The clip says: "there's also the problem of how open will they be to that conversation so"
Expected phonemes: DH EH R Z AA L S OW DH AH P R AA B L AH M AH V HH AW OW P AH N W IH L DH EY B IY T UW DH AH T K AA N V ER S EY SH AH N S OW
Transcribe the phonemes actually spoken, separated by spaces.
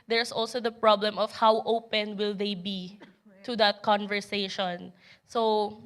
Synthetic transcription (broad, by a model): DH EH R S AA L S OW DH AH P R AA B L AH M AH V HH AW OW P AH N W IH L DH EY B IY T UW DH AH T K AA N V ER S EY SH AH N S OW